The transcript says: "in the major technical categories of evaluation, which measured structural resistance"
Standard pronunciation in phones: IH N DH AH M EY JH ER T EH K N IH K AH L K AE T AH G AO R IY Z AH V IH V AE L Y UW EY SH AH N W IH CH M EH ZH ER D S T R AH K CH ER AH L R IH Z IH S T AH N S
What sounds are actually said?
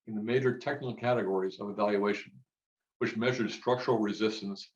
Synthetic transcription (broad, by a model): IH N DH AH M EY JH ER T EH K N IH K L K AE T AH G AO R IY Z AH V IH V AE L Y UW EY SH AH N W IH CH M EH ZH ER D S T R AH K CH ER L R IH Z IH S T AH N S